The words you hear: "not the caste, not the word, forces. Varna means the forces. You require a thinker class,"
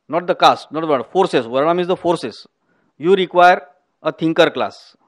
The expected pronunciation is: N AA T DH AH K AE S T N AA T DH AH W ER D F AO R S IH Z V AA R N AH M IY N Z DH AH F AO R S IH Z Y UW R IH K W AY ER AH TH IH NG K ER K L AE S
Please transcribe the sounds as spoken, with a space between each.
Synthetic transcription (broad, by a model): N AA T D AH K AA S T N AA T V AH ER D F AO R S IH S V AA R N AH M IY Z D AH F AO R S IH S Y UW R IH K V AY ER AH T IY NG K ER K L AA S